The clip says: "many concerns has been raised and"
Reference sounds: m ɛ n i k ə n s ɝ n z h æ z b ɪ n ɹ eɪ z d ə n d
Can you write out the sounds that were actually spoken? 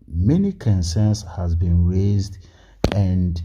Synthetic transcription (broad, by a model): m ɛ n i k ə n s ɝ n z h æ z b ɪ n ɹ eɪ z d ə n d